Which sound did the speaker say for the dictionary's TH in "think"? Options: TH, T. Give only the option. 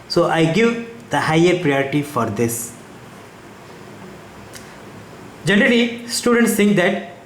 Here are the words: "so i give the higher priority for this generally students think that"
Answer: T